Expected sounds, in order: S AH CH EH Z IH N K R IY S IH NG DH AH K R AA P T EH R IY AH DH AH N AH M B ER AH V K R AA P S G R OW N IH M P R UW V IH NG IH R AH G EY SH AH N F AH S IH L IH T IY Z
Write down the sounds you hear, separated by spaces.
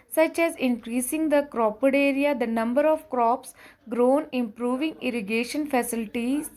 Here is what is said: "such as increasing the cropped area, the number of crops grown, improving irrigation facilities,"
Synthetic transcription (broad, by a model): S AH CH EH Z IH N K R IY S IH NG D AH K R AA P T EH R IY AH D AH N AH M B ER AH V K R AA P S G R OW N IH M P R UW V IH NG IH R AH G EY SH AH N F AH S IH L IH T IY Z